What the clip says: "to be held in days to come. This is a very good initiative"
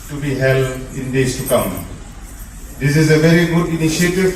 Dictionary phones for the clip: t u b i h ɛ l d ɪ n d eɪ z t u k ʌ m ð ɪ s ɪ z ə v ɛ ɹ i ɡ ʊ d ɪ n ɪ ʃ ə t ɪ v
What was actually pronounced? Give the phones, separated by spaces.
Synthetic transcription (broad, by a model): t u b i h ɛ l d ɪ n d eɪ s t u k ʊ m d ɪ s ɪ z ə v ɛ ɹ i ɡ ʊ d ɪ n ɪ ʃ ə t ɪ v